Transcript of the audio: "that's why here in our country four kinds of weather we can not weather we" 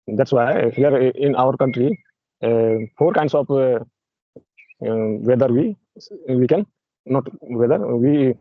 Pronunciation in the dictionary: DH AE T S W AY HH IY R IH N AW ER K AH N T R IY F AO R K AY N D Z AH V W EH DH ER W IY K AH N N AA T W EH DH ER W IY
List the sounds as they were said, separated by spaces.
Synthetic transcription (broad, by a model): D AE T S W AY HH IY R IH N AW ER K AH N T R IY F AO R K AY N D S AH P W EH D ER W IY K AH N N AA T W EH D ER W IY